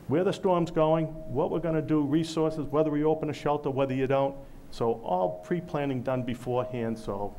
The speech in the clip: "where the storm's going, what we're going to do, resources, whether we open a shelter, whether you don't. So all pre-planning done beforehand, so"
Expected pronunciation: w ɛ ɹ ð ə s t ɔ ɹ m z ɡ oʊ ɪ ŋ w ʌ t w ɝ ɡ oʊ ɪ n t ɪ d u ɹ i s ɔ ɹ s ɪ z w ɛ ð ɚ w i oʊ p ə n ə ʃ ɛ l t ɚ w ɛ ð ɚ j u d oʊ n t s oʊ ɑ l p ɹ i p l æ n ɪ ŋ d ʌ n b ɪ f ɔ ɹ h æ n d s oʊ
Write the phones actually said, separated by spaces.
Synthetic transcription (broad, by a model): w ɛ ɹ ð ə s t ɔ ɹ m z ɡ oʊ ɪ ŋ w ʌ t w ɝ ɡ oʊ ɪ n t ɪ d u ɹ i s ɔ ɹ s ɪ z w ɛ ð ɚ w i oʊ p ə n ə ʃ ɛ l t ɚ w ɛ ð ɚ j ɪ d oʊ n t s oʊ ɑ l p ɹ i p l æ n ɪ ŋ d ʌ n b ɪ f ɔ ɹ h æ n d s oʊ